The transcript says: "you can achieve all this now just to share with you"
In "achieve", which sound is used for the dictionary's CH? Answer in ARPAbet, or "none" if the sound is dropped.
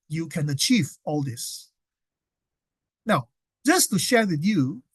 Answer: CH